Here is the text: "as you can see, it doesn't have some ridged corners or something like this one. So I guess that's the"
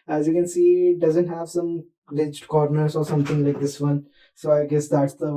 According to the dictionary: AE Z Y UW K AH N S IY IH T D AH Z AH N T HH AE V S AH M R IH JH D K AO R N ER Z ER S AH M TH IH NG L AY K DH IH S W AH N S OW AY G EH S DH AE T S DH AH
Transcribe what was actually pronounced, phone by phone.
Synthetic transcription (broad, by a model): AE Z Y UW K AH N S IY IH T D AH Z AH N T HH AE V S AH M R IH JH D K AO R N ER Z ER S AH M T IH NG L AY K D IH S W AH N S OW AY G EH S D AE T S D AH